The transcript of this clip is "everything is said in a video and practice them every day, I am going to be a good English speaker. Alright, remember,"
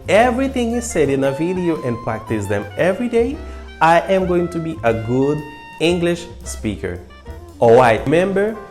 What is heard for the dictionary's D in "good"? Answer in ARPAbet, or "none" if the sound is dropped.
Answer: D